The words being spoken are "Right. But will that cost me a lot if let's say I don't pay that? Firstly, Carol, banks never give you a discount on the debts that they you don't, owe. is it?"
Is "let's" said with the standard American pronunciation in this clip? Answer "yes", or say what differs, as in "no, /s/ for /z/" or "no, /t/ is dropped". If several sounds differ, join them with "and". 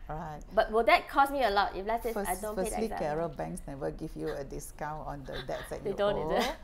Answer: no, /s/ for /t/